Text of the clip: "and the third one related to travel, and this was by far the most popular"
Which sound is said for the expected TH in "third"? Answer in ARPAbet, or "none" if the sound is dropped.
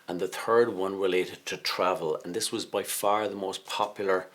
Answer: TH